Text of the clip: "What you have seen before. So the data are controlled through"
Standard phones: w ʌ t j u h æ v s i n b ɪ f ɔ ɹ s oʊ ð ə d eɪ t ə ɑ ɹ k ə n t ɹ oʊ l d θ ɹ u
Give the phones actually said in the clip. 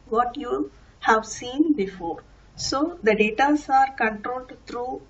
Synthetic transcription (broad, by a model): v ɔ t j u h æ v s i n b ɪ f ɔ ɹ s oʊ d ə d eɪ t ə ɑ ɹ k ə n t ɹ oʊ l d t ɹ u